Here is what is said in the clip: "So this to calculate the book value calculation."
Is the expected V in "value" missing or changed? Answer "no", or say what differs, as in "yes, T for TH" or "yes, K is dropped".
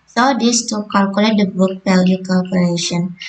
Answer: yes, P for V